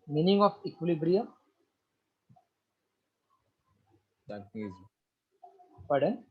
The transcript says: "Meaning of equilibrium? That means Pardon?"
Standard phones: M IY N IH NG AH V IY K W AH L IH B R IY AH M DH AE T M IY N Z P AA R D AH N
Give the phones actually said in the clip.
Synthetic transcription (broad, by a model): M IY N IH NG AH F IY K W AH L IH B R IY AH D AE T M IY Z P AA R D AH N